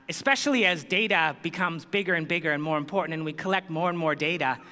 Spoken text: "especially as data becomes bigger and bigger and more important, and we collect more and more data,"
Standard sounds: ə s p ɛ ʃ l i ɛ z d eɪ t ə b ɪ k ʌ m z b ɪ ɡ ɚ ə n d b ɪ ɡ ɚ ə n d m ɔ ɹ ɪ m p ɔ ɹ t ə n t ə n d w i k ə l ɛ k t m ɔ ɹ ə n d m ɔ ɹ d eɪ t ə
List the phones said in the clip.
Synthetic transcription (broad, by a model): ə s p ɛ ʃ l i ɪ z d eɪ t ə b ɪ k ʌ m z b ɪ ɡ ɚ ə n b ɪ ɡ ɚ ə n m ɔ ɹ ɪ m p ɔ ɹ t n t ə n w i k ə l ɛ k t m ɔ ɹ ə n m ɔ ɹ d eɪ t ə